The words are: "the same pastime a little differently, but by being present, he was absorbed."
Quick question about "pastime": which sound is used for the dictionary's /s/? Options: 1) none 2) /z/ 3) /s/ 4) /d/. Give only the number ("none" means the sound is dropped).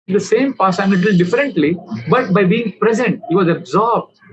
1